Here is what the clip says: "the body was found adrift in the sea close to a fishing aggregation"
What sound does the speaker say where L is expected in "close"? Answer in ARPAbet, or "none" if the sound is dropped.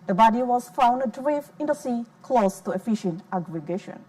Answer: L